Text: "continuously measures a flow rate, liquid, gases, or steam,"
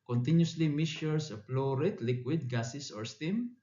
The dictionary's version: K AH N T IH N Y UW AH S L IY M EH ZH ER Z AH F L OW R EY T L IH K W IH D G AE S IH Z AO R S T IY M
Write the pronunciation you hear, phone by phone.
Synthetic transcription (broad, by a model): K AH N T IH N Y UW S L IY M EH S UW S AH P L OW R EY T L IH K W IH D G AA S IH S AO R S T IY M